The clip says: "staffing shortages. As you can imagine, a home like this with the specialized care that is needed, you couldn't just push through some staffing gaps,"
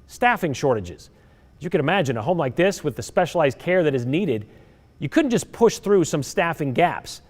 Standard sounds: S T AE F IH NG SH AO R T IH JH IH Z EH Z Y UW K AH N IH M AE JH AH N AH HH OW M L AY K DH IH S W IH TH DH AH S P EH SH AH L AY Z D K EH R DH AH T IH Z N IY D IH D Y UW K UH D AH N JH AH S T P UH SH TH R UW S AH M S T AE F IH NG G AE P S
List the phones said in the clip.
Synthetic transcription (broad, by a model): S T AE F IH NG SH AO R T IH JH IH Z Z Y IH K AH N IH M AE JH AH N AH HH OW M L AY K DH IH S W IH DH AH S P EH SH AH L AY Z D K EH R DH AH T IH Z N IY D IH D Y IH K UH D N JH AH S P UH SH TH R UW S AH M S T AE F IH NG G AE P S